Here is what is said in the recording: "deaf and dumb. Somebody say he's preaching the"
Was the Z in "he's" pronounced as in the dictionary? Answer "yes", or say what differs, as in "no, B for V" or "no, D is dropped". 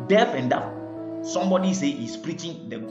no, S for Z